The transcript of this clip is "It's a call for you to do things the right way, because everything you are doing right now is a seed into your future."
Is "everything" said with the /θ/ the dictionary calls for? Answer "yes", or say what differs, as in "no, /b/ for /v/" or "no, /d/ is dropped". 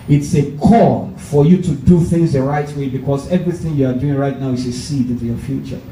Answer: yes